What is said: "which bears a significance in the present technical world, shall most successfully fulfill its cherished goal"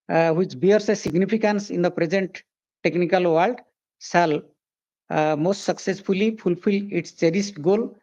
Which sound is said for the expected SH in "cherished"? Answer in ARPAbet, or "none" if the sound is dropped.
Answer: S